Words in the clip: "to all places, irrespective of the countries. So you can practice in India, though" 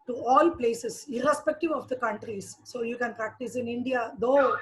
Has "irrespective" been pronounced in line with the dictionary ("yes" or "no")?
yes